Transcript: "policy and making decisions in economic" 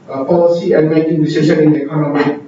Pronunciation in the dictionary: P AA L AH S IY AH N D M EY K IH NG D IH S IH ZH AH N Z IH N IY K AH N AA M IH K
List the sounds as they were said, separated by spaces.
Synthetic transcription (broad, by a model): P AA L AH S IY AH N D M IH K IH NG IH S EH SH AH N IH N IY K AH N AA M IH